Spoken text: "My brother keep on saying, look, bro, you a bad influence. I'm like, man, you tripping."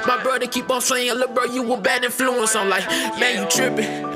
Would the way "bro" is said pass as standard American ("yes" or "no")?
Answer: no